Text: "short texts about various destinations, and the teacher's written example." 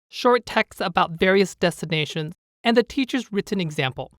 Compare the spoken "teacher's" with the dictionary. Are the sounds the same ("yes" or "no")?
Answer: yes